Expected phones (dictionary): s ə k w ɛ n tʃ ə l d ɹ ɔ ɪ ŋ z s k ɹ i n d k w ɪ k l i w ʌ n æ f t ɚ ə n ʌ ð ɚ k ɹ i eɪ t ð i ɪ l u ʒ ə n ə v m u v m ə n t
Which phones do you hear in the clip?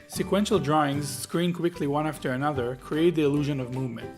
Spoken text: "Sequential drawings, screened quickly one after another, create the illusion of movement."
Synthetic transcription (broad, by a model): s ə k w ɛ n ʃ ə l d ɹ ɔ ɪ ŋ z s k ɹ i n k w ɪ k l i w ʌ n æ f t ɚ ə n ʌ ð ɚ k ɹ i eɪ t ð i ɪ l u ʒ ə n ə v m u v m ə n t